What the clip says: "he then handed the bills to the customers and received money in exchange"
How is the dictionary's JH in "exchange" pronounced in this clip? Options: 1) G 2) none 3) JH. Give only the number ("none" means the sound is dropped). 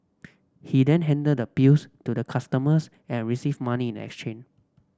2